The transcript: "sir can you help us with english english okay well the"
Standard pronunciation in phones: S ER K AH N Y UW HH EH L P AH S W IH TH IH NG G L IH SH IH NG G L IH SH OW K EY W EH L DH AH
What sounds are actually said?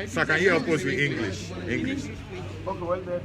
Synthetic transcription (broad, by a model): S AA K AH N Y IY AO P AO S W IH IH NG G L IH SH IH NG G L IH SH OW K EY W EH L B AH